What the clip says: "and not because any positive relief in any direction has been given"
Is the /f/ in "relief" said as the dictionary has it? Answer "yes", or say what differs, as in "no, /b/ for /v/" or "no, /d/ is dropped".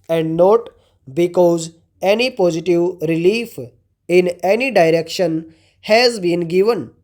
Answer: yes